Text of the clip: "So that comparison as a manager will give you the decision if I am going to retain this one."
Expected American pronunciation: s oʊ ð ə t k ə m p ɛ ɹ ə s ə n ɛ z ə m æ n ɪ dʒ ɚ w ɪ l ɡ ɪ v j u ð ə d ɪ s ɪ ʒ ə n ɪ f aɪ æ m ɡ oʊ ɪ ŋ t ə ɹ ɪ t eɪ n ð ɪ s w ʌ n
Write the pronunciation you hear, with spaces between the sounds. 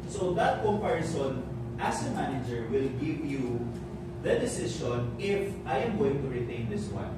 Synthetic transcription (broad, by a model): s oʊ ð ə t k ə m p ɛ ɹ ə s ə n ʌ s ə m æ n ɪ dʒ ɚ w ɪ l ɡ ɪ v j u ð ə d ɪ s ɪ ʃ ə n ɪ f aɪ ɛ m ɡ oʊ ɪ ŋ t ə ɹ ɪ t eɪ n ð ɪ s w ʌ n